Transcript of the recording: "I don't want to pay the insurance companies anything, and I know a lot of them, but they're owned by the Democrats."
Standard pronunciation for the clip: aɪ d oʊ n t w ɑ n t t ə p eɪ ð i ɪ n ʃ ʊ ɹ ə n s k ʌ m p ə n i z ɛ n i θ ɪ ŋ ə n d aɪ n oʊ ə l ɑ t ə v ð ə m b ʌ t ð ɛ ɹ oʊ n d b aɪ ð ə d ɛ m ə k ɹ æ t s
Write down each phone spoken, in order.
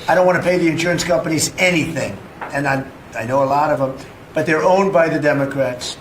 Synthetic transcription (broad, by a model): aɪ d oʊ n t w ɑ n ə p eɪ ð i ɪ n ʃ ʊ ɹ ə n s k ʌ m p ə n i z ɛ n i θ ɪ ŋ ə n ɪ aɪ n oʊ ə l ɑ t ə v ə m b ʌ t ð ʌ ɹ oʊ n b aɪ ð ə d ɛ m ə k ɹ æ t s